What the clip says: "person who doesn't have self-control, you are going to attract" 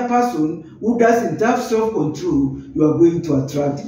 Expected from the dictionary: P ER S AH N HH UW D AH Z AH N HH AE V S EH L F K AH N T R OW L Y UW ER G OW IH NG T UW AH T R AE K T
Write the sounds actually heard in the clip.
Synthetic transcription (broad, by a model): P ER S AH N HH UW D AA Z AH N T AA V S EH F K AH N T R OW L Y UW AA G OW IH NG T UW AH T R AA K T